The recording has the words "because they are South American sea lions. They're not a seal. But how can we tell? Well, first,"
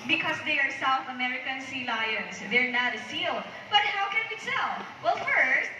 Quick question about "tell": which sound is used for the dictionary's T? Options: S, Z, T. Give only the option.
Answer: S